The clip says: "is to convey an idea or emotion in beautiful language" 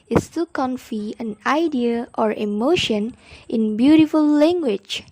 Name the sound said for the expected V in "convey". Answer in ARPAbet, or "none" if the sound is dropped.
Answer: F